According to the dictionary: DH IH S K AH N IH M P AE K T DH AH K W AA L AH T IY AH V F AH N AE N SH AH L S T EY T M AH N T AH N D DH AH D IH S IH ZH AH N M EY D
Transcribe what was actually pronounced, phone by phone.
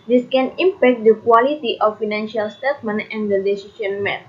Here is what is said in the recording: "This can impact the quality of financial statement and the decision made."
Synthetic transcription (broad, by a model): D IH S K AH N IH M P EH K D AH K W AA L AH T IY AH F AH N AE N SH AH L S T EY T M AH N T AH N D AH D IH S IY SH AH N M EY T